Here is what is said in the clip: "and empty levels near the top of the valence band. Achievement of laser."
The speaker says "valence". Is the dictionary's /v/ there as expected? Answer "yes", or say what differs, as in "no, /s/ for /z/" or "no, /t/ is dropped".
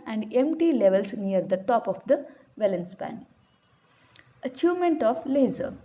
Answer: yes